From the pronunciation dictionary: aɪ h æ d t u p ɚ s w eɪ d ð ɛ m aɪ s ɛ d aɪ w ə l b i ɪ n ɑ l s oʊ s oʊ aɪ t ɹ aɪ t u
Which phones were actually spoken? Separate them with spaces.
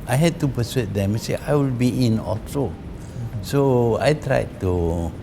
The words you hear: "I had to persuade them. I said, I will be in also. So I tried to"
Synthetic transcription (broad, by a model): aɪ h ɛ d t u p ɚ s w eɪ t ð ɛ m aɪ s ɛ aɪ w ə l b i ɪ n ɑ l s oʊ s oʊ aɪ t ɹ aɪ t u